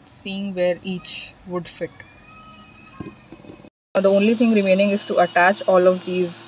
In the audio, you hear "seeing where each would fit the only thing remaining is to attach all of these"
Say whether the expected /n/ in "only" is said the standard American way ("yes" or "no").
yes